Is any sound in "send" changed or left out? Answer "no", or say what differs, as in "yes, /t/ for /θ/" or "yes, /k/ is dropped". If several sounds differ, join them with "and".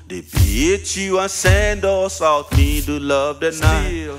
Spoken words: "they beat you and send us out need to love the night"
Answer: no